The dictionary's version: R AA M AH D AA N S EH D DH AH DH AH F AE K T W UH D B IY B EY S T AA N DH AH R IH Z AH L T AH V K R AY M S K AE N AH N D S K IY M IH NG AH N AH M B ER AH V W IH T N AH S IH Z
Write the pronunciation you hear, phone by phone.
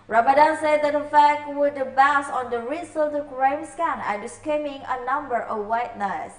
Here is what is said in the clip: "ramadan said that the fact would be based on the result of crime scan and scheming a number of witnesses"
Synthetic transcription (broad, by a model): R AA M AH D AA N S EH D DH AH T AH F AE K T W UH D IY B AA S AA N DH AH R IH S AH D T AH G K R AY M S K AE N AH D S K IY M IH NG AH N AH M B ER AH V W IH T N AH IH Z